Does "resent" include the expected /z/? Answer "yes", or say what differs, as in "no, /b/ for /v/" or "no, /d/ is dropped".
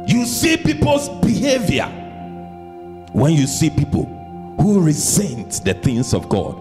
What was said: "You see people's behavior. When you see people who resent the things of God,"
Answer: yes